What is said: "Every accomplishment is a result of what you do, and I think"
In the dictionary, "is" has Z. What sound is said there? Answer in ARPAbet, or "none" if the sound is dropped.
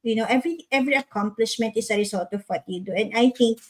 S